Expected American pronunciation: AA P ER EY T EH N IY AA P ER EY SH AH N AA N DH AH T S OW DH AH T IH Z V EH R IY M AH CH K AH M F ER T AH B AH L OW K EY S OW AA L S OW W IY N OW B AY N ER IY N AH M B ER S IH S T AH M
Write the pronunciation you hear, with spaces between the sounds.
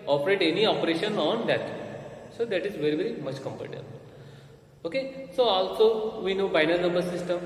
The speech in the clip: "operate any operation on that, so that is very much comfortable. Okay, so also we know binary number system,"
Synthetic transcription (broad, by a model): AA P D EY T EH N IY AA P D EY SH AH N AA N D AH T S OW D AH T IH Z V EH R IY M AH CH K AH M P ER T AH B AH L OW K EY S OW AA L S OW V IY N OW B AY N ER N AH M B ER S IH S T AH M